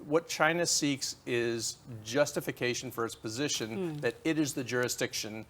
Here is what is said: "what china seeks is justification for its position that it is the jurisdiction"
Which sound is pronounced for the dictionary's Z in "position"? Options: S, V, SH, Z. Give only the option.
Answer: Z